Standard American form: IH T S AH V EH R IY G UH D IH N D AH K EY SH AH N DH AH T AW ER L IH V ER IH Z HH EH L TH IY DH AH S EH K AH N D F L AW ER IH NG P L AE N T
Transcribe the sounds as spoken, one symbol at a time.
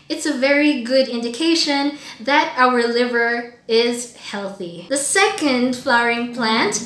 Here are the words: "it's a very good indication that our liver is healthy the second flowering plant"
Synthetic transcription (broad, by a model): IH T S AH V EH R IY G UH D IH N D AH K EY SH AH N DH AH T AW ER L IH V ER IH Z HH EH L TH IY DH AH S EH K AH N D F L AW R IH NG P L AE N T